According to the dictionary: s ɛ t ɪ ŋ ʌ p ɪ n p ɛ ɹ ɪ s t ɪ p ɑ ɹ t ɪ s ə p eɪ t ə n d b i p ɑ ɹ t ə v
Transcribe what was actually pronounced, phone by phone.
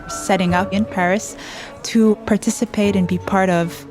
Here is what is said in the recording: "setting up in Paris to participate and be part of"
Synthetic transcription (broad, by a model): s ɛ t ɪ ŋ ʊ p ɪ n p ɛ ɹ ɪ s t ɪ p ɑ ɹ t ɪ s ə p eɪ t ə n b i p ɑ ɹ t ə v